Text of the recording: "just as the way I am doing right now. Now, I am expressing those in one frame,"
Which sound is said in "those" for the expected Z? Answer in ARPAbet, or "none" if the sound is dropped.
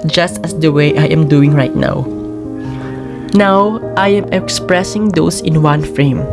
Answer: S